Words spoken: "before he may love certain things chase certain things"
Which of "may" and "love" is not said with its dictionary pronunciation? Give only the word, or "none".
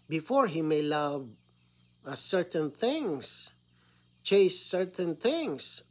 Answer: none